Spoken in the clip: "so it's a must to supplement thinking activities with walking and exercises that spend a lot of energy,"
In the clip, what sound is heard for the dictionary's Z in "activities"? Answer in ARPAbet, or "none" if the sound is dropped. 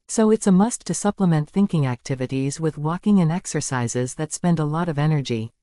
Z